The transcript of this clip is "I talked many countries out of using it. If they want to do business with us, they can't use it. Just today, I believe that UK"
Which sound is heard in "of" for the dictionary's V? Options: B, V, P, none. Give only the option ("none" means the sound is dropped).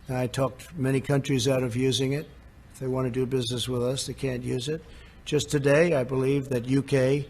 V